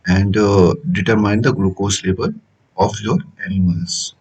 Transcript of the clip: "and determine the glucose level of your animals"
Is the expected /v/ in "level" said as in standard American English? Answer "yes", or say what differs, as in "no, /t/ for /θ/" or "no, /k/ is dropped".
no, /b/ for /v/